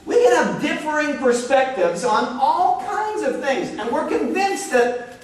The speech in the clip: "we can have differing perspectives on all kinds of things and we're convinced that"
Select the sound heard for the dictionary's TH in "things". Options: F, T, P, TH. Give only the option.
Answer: TH